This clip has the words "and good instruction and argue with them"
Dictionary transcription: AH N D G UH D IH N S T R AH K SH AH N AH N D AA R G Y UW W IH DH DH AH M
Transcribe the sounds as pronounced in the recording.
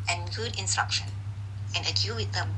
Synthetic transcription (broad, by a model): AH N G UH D IH N S T R AH K SH AH N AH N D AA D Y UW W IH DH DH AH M